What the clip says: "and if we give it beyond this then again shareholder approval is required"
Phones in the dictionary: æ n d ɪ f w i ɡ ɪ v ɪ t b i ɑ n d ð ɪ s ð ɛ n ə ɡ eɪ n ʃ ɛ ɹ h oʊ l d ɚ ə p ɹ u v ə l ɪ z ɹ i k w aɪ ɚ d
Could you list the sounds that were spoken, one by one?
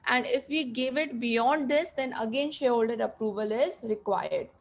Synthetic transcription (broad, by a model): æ n d ɪ f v i ɡ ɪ v ɪ t b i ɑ n d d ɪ s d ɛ n ə ɡ eɪ n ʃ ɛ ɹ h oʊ l d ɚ ə p ɹ u v ə l ɪ z ɹ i k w aɪ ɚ d